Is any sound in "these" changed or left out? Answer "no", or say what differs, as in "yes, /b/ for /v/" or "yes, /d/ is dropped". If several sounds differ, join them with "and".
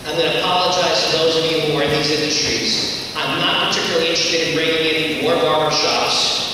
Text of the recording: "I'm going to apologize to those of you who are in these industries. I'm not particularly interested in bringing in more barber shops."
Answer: no